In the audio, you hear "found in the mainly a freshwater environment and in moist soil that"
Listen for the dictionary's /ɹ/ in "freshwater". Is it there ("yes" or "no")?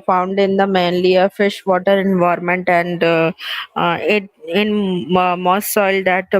no